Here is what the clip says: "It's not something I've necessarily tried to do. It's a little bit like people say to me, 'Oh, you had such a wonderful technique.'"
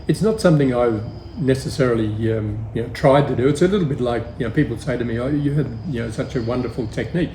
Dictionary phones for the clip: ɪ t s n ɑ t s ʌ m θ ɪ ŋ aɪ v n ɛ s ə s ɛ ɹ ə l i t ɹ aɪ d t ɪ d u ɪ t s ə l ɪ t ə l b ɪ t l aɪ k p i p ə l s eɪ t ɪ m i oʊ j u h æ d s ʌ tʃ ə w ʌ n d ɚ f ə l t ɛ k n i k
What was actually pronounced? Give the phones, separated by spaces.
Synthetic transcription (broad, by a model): ɪ t s n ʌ t s ʌ m θ ɪ ŋ aɪ v n ɛ s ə s ɛ ɹ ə n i t ɹ aɪ d t ɪ d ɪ ɪ t s ə l ɪ t l b ɪ t l aɪ k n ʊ p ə l s eɪ t ɪ m i oʊ j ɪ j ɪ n s ʌ tʃ ə w ʌ n d ɚ f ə l t ɛ k n i k